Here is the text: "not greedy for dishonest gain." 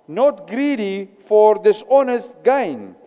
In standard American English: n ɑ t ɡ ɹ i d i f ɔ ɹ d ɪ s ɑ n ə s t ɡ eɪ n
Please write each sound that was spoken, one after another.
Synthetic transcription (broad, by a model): n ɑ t ɡ ɹ i d i f ɔ ɹ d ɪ s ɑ n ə s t ɡ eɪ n